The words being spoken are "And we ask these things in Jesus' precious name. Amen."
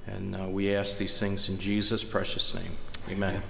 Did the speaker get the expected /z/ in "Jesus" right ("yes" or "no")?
yes